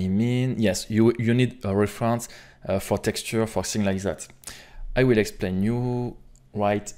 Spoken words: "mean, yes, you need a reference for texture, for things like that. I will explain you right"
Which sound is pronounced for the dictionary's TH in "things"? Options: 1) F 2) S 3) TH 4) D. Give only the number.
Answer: 2